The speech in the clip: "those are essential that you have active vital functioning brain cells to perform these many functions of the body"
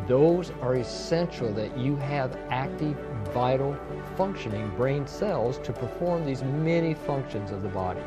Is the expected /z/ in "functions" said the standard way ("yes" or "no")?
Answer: yes